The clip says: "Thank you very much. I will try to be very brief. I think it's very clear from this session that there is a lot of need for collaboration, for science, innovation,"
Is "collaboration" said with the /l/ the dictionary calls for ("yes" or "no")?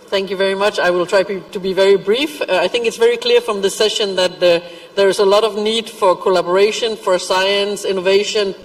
yes